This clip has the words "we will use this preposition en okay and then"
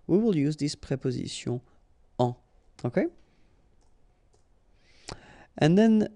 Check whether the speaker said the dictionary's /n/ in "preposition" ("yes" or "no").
no